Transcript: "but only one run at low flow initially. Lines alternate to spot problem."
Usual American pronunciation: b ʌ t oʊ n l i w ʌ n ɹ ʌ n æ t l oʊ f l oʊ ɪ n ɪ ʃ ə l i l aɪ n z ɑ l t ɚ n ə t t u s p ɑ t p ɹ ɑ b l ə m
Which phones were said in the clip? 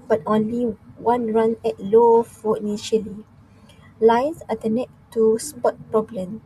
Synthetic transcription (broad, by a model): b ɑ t oʊ n l i w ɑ n ɹ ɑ n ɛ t l oʊ f oʊ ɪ n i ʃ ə l i l aɪ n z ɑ t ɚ n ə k t u s p ɑ t p ɹ ɑ b l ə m